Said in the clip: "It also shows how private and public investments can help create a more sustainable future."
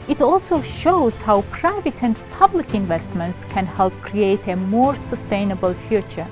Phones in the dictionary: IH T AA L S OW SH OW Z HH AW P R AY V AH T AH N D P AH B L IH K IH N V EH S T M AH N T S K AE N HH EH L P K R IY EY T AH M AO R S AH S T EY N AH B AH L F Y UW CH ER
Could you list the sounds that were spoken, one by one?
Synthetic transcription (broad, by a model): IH T AA L S OW SH OW Z HH AW P R AY V AH T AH N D P AH B L IH K IH N V EH S T M AH N T S K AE N HH EH L P K R IY EY T AH M AO R S AH S T EY N AH B AH L F Y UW CH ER